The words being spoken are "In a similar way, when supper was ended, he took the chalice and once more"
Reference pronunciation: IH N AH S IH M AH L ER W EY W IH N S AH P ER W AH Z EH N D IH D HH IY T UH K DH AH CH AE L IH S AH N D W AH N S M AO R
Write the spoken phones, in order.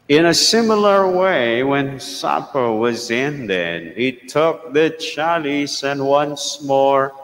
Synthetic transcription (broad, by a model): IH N AH S IH M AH L ER W EY W IH N S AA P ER W AH Z EH N D IH D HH IY T UH K DH AH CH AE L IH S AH N W AH N S M AO R